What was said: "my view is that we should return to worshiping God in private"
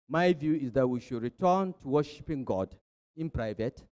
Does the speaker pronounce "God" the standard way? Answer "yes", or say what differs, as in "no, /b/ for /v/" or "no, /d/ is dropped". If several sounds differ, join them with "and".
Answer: yes